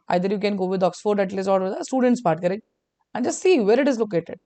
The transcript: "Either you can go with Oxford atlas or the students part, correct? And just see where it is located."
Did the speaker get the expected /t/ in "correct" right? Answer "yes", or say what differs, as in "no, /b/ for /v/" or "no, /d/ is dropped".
no, /t/ is dropped